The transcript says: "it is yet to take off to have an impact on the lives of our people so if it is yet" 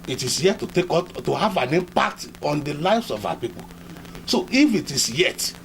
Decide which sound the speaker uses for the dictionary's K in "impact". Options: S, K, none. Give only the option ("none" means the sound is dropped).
none